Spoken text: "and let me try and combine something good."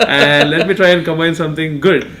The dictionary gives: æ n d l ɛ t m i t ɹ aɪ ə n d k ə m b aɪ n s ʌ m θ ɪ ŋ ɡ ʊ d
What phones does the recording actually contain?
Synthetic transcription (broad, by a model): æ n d l ɛ t m i t ɹ aɪ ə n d k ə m aɪ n s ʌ m t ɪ ŋ ɡ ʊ d